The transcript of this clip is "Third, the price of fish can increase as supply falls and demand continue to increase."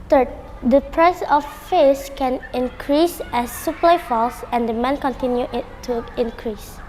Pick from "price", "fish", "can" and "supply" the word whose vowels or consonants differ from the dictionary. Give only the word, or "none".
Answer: fish